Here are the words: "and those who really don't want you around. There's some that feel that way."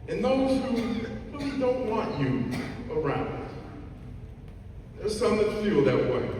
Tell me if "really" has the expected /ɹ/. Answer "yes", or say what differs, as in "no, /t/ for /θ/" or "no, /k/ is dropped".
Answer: no, /w/ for /ɹ/